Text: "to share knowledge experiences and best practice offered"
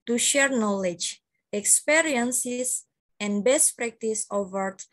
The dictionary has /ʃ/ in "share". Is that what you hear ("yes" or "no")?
yes